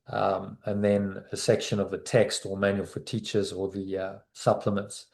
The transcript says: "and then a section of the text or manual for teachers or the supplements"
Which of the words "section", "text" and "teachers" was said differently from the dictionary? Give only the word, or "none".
none